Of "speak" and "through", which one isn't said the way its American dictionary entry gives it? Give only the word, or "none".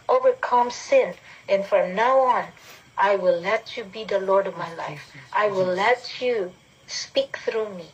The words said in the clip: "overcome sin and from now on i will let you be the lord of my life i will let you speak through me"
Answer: none